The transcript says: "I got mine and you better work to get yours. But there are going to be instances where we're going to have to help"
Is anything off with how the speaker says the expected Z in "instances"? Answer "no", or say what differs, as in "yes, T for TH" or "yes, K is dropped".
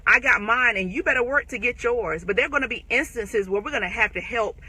no